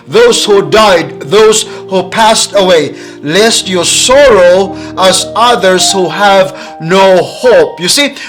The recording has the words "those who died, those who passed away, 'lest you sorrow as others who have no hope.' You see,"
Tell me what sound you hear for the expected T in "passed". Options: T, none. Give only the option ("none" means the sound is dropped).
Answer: T